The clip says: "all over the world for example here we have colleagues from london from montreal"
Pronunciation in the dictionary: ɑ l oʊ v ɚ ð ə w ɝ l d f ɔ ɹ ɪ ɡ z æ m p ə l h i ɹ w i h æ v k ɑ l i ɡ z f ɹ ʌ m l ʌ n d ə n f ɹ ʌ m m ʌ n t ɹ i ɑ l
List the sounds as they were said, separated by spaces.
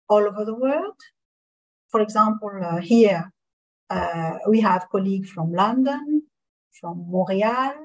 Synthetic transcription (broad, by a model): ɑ l oʊ v ɚ ð ə w ɝ l d f ɔ ɹ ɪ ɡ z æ m p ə l h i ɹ w i h æ v k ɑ l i ɡ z f ɹ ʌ m l ʌ n d ə n f ɹ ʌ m m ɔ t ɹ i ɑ l